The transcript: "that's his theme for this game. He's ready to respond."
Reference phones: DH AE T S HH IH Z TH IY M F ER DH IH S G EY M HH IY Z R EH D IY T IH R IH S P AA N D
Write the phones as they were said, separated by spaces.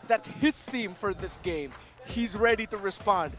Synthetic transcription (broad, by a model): DH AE T S HH IH Z TH IY M F ER DH IH S G EY M HH IY Z R EH D IY T IH R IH S P AA N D